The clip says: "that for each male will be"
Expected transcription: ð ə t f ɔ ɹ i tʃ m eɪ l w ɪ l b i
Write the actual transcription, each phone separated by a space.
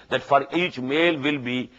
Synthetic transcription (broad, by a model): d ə t f ɔ ɹ i tʃ m eɪ l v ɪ l b i